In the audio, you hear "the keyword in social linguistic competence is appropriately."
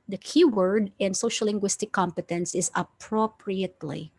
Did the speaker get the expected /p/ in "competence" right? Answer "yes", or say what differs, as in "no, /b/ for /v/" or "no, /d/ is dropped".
yes